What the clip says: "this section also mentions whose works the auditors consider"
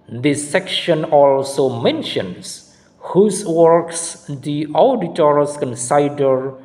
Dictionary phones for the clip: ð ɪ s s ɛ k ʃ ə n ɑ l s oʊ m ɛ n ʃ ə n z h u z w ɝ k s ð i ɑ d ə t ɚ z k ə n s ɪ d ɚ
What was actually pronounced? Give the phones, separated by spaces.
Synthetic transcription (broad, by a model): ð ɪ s s ɛ k ʃ ə n ɑ l s oʊ m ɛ n ʃ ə n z h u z w ɝ k s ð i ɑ d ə t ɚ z k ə n s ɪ d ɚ